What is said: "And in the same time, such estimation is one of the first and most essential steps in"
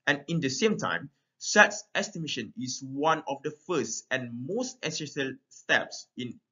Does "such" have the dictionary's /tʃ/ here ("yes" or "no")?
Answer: no